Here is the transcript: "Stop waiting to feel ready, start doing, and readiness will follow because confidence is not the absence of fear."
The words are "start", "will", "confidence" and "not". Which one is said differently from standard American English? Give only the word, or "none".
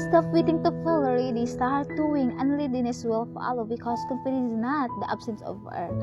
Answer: confidence